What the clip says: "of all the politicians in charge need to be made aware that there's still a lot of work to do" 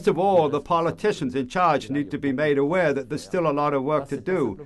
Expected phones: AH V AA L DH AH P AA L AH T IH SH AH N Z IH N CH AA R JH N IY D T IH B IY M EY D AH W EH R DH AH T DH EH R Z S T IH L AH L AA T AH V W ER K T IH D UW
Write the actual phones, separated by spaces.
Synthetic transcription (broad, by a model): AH V AA L DH AH P AA L AH T IH SH AH N Z IH N CH AA R JH N IY D T IH B IY M EY D AH W EH R DH AH T DH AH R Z S T IH L AH L AA T AH V W ER K T IH D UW